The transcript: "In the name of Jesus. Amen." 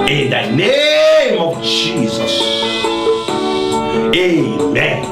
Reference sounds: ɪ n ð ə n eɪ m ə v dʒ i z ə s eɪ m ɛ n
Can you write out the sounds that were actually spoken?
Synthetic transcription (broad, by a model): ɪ n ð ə n eɪ m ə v dʒ i z ə s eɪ m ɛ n